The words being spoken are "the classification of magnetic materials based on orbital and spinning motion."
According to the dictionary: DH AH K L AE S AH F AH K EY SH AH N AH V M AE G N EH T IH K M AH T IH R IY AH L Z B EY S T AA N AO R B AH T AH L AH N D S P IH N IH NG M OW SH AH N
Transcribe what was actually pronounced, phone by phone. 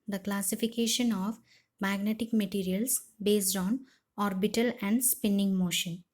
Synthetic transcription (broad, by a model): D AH K L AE S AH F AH K EY SH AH N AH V M AE G N EH T IH K M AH T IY R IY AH L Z B EY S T AA N AO R B AH T AH L AH N D S P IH N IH NG M OW SH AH N